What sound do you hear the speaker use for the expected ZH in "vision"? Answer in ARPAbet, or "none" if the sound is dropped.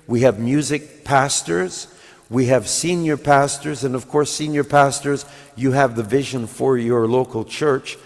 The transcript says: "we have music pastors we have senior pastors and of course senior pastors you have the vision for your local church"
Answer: ZH